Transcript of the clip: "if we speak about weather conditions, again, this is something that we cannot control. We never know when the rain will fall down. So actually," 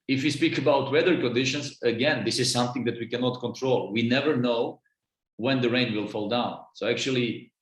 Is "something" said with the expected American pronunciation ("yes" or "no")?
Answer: yes